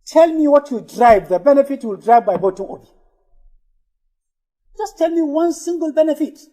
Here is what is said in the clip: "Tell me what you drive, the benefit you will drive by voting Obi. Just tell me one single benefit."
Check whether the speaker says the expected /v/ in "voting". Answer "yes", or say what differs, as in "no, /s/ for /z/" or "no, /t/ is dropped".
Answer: no, /b/ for /v/